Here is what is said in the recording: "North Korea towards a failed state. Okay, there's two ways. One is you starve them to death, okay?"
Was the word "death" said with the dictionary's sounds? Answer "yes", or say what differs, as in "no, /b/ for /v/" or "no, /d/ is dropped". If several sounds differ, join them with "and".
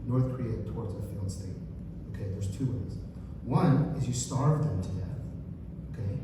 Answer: yes